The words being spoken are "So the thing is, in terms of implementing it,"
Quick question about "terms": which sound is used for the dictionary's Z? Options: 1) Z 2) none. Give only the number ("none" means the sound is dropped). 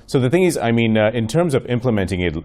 1